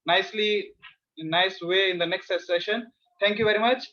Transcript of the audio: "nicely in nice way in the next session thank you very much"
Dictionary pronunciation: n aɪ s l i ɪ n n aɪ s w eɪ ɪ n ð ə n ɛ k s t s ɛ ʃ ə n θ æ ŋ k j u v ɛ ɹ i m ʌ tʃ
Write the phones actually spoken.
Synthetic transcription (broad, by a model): n aɪ s l i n n aɪ s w eɪ ɪ n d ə n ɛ k s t s ɛ ʃ ə n t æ ŋ k j u v ɛ ɹ i m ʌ tʃ